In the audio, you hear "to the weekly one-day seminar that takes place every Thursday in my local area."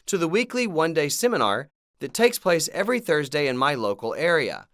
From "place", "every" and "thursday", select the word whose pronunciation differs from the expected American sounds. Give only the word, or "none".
none